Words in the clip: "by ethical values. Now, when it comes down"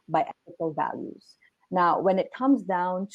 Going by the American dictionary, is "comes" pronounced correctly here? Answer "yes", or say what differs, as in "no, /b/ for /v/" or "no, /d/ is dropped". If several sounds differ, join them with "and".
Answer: yes